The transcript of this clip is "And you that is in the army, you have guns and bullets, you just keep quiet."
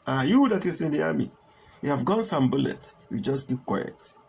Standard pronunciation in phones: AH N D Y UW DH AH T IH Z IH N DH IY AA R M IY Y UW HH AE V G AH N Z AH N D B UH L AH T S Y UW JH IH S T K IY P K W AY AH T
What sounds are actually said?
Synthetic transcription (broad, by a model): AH Y UW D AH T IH S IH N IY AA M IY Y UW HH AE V G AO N S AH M B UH L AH T Y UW JH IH S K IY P K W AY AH T